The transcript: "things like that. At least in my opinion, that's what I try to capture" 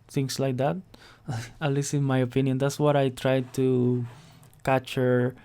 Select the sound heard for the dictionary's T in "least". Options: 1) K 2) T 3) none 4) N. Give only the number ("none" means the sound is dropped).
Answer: 3